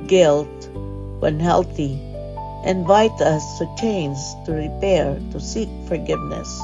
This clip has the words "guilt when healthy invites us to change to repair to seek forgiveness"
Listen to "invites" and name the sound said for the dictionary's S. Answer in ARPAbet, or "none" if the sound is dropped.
none